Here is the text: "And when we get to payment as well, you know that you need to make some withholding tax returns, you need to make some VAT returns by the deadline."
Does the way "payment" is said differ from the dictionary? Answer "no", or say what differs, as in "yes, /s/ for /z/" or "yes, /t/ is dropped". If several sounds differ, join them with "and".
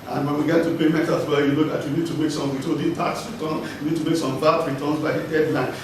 yes, /n/ is dropped